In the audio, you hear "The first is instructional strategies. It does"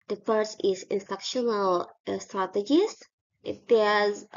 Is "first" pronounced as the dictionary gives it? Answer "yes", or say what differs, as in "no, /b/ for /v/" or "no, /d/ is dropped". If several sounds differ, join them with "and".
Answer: no, /t/ is dropped